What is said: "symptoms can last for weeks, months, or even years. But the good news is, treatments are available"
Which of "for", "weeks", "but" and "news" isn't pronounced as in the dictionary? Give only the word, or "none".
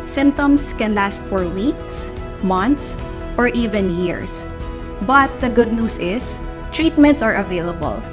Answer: news